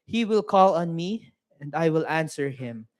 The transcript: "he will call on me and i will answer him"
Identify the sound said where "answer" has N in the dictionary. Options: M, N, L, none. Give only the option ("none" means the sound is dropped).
N